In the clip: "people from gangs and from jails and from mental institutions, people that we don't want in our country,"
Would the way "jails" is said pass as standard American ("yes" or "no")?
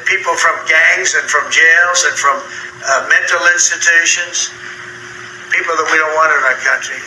yes